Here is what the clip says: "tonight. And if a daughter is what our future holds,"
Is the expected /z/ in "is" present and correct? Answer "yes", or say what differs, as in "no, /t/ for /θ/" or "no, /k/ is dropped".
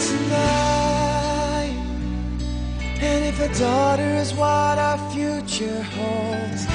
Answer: yes